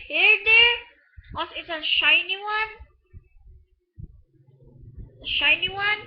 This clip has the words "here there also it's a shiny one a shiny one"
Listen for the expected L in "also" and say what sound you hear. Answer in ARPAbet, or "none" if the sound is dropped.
none